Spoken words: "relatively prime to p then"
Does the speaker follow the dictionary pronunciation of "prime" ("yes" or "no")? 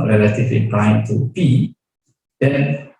no